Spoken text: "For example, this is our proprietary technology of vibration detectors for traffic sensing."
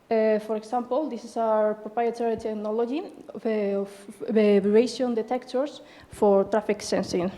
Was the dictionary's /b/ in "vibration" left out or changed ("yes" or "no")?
yes